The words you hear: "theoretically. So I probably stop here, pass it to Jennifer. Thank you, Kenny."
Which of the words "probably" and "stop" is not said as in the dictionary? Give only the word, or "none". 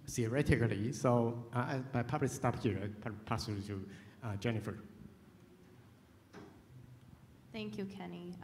probably